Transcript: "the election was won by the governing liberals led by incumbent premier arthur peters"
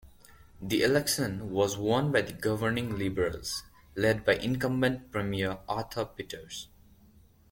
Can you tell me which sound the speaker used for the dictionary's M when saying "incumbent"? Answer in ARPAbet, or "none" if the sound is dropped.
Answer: M